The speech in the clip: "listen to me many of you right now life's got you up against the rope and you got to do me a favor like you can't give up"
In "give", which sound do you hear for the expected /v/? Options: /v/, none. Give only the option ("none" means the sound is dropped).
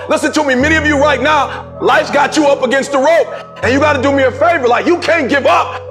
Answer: /v/